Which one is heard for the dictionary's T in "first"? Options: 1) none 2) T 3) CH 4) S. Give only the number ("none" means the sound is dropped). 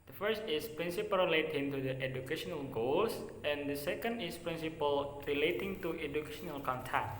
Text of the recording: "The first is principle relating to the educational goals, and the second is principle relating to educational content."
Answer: 2